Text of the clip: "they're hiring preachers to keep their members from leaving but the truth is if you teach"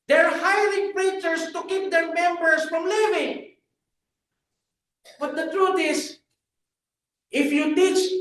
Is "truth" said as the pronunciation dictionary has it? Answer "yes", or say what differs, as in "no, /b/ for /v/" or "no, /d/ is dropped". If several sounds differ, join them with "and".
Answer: no, /t/ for /θ/